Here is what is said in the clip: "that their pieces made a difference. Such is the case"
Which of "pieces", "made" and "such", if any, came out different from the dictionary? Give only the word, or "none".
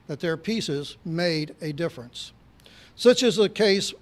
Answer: none